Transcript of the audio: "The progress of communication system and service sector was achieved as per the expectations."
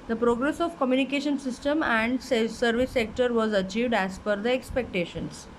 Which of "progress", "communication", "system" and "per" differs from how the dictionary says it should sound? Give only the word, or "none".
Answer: per